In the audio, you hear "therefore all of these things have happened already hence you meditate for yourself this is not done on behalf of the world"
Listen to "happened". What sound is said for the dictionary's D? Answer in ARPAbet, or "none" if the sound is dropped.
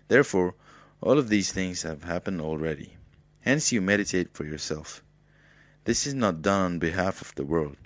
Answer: D